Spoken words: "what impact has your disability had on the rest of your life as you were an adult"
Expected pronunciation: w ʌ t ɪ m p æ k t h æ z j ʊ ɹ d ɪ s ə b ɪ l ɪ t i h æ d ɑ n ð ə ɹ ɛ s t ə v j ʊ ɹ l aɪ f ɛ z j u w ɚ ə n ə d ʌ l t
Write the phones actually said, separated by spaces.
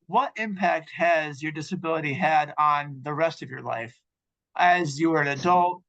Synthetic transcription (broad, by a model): w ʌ t ɪ m p æ k t h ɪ z j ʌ ɹ d ɪ s ə b ɪ l ɪ t i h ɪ d n ð ə ɹ ɛ s t ə v j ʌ ɹ l aɪ f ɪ z j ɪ w ɚ ə n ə d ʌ l t